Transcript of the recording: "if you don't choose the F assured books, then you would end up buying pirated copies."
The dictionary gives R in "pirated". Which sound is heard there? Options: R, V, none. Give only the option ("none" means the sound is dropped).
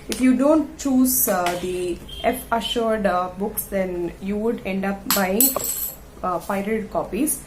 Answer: none